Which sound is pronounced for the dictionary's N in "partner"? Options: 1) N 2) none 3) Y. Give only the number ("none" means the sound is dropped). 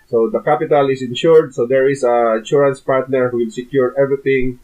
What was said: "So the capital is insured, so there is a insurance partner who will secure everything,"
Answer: 1